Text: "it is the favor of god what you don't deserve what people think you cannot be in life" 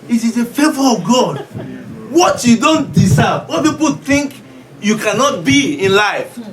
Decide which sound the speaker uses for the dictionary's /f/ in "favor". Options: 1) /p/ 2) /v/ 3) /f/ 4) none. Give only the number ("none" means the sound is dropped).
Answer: 3